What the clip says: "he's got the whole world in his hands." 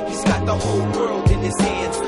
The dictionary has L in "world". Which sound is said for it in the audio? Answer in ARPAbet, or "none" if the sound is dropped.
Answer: L